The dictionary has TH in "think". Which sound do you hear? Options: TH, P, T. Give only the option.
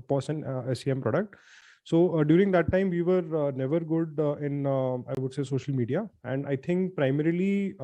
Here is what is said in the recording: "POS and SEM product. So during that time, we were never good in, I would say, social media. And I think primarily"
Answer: T